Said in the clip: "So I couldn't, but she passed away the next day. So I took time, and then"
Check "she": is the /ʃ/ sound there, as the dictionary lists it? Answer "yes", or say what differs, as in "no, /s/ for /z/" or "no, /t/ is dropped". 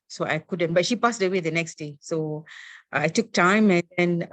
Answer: yes